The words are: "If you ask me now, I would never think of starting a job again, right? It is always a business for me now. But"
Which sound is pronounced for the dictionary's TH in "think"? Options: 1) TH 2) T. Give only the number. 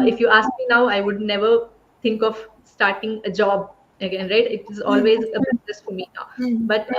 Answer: 2